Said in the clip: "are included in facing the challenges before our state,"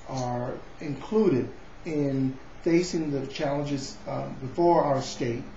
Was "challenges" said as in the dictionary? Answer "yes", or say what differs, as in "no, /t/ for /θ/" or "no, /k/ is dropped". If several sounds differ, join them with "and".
yes